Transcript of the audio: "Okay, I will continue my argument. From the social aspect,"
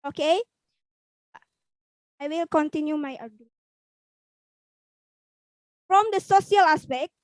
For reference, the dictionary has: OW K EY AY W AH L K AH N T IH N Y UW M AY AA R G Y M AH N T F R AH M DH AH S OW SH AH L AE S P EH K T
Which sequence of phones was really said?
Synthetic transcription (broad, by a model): OW K EY AY W AH L K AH N T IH N Y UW M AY AA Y AH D F R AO M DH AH S OW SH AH L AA S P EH K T